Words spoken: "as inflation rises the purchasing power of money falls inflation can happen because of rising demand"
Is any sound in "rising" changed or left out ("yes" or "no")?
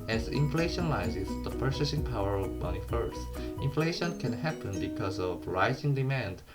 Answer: no